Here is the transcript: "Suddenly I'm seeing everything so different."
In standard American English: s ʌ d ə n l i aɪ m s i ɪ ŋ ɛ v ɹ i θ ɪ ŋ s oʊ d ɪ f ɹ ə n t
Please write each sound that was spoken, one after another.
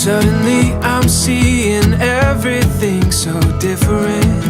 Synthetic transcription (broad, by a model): s ʌ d n l i aɪ m s i ɪ ŋ ɛ v ɹ i θ ɪ ŋ s oʊ d ɪ f ɹ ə n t